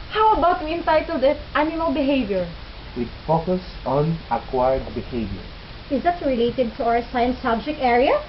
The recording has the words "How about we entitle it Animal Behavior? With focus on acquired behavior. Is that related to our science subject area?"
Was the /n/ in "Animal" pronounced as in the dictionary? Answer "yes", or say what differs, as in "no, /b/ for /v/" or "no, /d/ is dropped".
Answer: no, /n/ is dropped